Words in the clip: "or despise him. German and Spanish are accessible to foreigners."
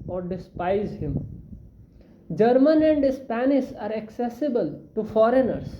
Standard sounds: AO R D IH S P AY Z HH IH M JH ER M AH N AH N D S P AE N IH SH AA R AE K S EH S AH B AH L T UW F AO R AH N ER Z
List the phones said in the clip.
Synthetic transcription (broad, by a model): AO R D IH S P AY Z HH IH M JH ER M AH N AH N D S P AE N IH S AA R AE K S EH S AH B AH L T UW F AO R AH N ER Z